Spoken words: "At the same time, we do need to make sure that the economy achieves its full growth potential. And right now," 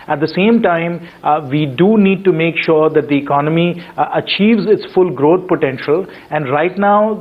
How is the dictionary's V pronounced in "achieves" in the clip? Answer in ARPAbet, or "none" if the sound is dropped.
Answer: V